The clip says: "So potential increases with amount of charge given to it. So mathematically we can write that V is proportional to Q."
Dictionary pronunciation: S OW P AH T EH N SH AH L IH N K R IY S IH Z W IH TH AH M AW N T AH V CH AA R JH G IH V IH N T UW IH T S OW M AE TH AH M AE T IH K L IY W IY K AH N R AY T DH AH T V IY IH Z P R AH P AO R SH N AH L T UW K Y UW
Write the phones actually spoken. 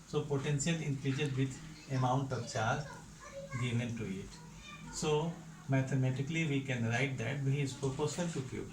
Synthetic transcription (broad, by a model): S OW P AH T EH N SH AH L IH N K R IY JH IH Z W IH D AH M AW N T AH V CH AA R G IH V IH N T UW IH T S OW M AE T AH M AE T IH K L IY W IY K AH N R AY T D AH T B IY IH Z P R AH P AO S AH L T UW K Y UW